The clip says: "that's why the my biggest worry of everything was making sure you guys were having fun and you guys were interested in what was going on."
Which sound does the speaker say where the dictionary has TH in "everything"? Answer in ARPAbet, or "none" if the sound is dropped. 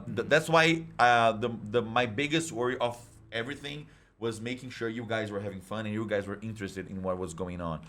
TH